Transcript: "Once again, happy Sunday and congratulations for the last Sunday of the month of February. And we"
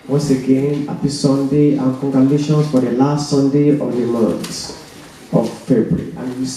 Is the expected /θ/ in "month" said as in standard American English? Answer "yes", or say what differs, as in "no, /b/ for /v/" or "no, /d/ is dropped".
no, /s/ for /θ/